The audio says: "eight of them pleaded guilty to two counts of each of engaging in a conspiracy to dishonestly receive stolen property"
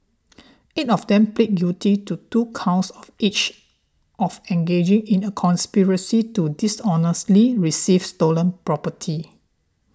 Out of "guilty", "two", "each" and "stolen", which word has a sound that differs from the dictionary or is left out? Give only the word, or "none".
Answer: guilty